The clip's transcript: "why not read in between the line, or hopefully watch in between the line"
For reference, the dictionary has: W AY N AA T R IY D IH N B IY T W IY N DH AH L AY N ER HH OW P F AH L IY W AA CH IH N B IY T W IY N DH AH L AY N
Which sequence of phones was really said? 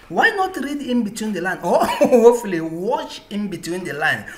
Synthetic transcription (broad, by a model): W AY N AA T R IY D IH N B IY T W IY N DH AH L AY N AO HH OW F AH L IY W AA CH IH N B IY T W IY N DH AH L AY N